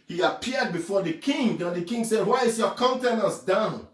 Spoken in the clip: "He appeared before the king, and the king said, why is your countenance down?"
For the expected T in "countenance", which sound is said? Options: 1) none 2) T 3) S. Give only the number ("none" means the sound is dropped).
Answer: 2